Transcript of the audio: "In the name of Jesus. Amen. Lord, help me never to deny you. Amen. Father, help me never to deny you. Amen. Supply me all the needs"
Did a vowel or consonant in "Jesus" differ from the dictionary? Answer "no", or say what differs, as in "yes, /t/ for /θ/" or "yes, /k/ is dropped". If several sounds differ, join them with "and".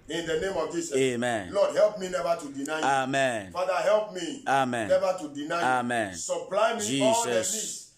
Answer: yes, /s/ is dropped